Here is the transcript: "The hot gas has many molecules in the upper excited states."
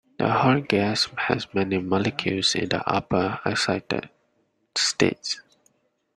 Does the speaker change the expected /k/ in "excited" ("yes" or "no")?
yes